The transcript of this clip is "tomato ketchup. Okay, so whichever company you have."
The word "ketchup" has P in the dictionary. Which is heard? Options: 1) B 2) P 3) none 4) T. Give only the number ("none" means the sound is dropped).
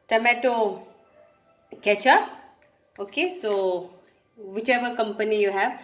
3